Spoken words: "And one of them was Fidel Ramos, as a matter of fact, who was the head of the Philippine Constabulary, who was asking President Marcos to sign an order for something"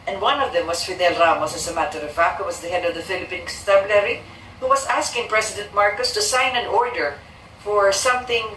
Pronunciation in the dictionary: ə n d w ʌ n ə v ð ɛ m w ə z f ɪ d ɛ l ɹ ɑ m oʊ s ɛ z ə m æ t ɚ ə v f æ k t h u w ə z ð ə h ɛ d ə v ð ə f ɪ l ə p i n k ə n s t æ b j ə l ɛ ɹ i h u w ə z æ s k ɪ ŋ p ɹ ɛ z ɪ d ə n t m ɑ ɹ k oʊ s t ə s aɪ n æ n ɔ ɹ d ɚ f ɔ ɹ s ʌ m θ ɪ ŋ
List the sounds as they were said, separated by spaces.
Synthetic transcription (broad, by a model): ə n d w ʌ n ə v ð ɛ m w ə s f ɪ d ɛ l ɹ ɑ m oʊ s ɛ s ə m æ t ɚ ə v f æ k h u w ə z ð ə h ɛ d ə v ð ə f ɪ l ə p i n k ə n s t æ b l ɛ ɹ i h u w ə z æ s k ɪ ŋ p ɹ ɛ s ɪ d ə n t m ɑ ɹ k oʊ s t ə s aɪ n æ n ɔ ɹ d ɚ f ɔ ɹ s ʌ m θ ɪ ŋ